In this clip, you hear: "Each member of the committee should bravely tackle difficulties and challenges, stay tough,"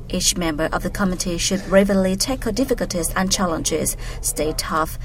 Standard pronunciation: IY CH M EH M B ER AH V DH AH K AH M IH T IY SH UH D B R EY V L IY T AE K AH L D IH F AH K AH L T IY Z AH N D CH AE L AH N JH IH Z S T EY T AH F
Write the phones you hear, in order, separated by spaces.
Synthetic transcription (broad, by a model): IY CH M EH M B ER AH V DH AH K AH M IH T IY SH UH D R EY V L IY T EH K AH D IH F AH K AH L T IY Z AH N CH AE L AH N JH IH Z S T EY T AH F